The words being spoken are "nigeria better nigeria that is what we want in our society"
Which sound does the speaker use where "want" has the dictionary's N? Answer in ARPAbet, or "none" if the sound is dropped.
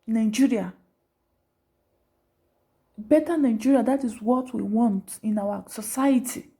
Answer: N